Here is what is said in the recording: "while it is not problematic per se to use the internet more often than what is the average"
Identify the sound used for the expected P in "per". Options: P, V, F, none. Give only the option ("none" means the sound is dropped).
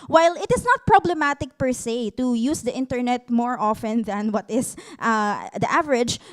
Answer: P